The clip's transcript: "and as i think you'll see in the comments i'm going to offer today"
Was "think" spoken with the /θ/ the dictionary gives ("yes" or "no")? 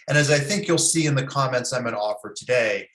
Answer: yes